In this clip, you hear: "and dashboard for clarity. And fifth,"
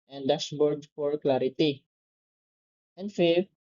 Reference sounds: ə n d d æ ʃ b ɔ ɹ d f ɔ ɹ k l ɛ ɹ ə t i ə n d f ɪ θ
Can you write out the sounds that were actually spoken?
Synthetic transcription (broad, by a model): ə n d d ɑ s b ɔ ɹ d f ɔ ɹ k l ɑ ɹ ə t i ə n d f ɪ